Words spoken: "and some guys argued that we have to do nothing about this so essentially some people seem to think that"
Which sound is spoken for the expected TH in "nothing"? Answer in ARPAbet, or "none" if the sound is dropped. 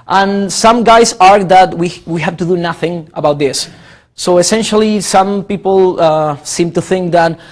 TH